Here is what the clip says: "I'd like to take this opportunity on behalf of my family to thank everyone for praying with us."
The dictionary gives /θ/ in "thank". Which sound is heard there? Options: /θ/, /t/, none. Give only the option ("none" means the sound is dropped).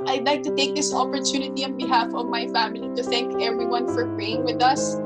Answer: /θ/